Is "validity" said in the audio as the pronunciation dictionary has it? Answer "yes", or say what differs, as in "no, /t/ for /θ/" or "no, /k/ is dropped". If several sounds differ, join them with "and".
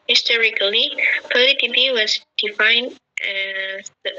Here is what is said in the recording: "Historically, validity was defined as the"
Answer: no, /p/ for /v/